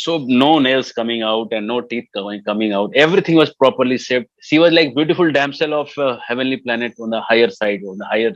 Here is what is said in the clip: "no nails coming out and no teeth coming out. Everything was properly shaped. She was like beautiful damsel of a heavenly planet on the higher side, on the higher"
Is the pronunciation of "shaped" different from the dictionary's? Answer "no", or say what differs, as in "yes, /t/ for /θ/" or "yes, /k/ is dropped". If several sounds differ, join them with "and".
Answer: yes, /s/ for /ʃ/